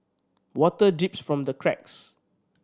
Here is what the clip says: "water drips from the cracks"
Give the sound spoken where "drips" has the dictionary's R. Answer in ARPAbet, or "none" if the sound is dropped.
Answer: none